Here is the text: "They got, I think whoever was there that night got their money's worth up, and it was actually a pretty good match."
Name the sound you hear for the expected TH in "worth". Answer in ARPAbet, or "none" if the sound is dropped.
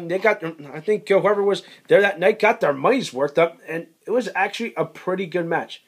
T